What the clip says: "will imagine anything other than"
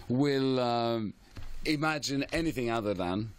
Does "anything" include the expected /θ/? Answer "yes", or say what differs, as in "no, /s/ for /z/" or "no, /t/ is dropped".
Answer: yes